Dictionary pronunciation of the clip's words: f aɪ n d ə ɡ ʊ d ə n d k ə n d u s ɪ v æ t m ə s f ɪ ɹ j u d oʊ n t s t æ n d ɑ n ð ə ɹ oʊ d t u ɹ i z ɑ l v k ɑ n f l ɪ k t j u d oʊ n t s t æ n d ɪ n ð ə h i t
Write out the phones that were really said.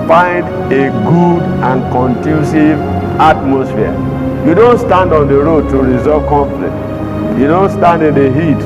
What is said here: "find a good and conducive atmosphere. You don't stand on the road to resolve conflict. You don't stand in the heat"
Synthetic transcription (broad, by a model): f aɪ n d ə ɡ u d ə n k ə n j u s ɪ v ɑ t m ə s f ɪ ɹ j u d oʊ n t s t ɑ n d ɑ n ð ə ɹ oʊ d t u ɹ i z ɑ v k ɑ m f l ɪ t j u d oʊ n t s t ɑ n d ɪ n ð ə h i t